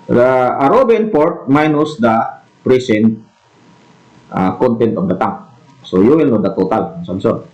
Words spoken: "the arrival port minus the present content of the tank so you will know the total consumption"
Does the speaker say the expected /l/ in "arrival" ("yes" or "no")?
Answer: no